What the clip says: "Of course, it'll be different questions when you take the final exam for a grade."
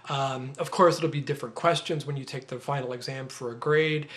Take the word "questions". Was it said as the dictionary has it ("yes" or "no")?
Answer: yes